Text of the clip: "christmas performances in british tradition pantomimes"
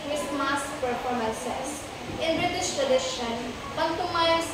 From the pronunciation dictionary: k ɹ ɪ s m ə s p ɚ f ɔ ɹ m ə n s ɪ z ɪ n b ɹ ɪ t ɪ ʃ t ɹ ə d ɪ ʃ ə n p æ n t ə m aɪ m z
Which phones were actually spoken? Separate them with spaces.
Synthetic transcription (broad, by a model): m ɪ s m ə s p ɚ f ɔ ɹ m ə n s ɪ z ɪ n b ɹ ɪ t ɪ ʃ t ɹ ə d ɪ ʃ ə n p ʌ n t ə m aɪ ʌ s